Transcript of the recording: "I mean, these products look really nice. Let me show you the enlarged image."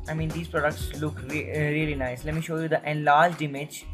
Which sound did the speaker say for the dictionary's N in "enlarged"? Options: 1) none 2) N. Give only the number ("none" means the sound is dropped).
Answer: 2